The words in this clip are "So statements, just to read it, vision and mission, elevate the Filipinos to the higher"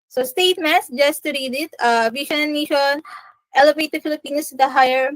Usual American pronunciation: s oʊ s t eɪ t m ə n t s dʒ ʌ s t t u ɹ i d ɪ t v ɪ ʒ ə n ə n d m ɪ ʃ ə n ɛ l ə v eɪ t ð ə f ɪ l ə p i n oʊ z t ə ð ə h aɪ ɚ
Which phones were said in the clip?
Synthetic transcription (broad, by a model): s oʊ s t eɪ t m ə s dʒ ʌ s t t u ɹ i d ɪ t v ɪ ʃ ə n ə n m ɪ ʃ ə n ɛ l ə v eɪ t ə f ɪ l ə p i n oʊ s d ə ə h aɪ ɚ